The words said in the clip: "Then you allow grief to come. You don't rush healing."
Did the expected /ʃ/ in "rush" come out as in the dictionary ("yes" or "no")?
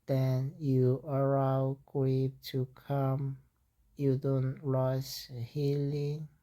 no